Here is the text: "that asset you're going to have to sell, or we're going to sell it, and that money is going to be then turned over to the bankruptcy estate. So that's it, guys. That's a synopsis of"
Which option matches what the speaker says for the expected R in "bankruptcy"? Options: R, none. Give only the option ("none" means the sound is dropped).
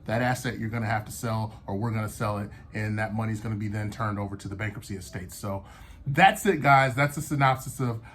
none